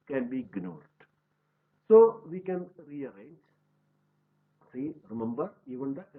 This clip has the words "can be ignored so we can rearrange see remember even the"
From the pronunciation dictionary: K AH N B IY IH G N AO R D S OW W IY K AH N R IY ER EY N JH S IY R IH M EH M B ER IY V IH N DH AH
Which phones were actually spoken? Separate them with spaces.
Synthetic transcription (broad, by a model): K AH N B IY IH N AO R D S OW W IY K AH N R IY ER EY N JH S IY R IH M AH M B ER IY W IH N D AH